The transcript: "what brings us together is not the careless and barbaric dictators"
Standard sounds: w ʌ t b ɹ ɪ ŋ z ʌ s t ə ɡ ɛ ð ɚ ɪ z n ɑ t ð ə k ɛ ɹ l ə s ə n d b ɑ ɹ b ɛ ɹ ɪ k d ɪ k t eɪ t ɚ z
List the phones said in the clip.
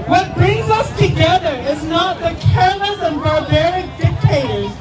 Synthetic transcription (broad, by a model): w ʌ t b ɹ ɪ ŋ z ʌ s t ə ɡ ɛ ð ɚ ɪ z n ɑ t ð ə k ɛ ɹ l ə s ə n b ɑ ɹ b ɛ ɹ ɪ k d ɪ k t eɪ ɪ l